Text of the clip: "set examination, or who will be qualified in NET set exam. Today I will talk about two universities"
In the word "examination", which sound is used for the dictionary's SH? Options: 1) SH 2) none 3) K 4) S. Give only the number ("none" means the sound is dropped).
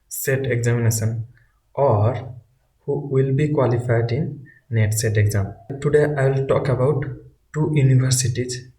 4